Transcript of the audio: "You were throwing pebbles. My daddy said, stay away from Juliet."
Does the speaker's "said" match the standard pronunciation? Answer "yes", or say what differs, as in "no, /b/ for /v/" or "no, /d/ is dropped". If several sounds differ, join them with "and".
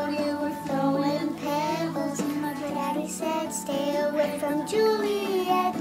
yes